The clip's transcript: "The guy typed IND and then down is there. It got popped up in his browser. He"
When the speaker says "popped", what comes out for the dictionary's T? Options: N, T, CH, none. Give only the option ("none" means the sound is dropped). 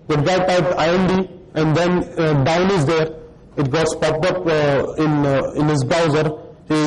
none